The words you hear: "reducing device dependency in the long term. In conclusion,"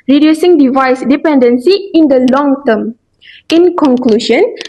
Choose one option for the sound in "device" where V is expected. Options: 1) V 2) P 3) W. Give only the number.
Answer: 1